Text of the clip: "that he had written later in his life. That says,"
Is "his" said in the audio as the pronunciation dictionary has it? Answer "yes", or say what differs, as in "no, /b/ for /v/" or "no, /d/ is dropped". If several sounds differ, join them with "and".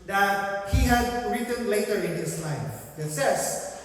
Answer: no, /s/ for /z/